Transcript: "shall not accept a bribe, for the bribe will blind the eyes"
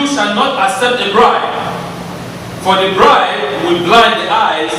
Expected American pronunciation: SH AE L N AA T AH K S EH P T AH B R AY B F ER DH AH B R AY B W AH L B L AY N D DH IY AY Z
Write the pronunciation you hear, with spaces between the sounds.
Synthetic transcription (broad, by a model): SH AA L N AA T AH S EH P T AH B R AY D F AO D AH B R AY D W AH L B L AY N D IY AY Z